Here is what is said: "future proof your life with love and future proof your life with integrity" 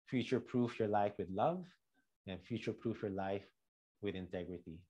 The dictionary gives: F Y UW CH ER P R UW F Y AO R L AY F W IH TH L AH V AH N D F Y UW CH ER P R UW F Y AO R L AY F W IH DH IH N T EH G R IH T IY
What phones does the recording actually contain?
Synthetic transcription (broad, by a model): F Y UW CH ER P R UW F Y AO R L AY F W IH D L AH V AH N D F Y UW CH ER P R UW F Y AO R L AY F W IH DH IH N T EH G R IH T IY